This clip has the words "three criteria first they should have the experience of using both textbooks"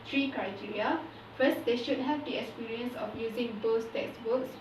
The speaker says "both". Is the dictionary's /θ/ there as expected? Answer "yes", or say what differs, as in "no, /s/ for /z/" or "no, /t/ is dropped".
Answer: no, /s/ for /θ/